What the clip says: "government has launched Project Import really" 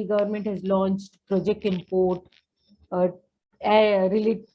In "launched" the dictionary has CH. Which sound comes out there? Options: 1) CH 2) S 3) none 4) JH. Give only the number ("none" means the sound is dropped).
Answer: 1